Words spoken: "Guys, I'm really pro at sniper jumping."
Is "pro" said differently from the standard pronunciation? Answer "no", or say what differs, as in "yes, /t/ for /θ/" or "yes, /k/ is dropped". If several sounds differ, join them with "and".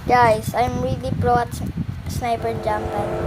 yes, /b/ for /p/